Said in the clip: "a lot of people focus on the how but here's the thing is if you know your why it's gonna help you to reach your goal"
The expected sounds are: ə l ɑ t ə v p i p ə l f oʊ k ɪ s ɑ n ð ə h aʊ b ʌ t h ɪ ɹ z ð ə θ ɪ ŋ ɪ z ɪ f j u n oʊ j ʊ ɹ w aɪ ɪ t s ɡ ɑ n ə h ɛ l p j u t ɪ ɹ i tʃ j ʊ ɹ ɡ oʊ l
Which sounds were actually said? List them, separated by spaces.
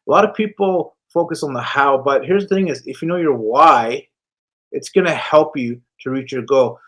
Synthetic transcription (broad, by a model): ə l ɑ t ə v p i p l f oʊ k ɪ s n ð ə h aʊ b ʌ t h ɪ ɹ z ð ə θ ɪ ŋ ɪ z ɪ f j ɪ n oʊ j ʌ ɹ w aɪ ɪ t s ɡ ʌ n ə h ɛ l p j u t ɪ ɹ i tʃ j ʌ ɹ ɡ oʊ